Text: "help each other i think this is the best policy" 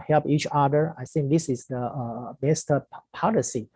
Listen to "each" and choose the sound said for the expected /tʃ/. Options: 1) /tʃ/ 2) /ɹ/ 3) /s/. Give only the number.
1